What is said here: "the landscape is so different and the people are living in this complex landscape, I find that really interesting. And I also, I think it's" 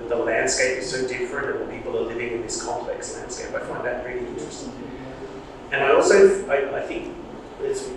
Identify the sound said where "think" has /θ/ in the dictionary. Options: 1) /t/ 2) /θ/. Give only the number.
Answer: 2